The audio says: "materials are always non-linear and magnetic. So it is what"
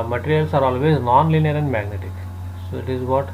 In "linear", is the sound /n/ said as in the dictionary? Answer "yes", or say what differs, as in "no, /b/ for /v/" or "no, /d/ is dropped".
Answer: yes